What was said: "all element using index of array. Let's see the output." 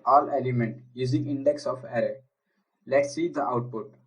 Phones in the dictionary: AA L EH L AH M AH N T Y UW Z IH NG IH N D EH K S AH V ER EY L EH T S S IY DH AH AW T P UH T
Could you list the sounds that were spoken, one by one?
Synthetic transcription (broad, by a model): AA L EH L AH M AH N T Y UW Z IH NG IH N D EH K S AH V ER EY L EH T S S IY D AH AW T P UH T